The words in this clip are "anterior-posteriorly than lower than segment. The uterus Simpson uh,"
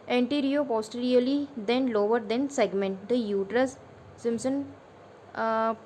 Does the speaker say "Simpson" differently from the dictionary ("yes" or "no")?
yes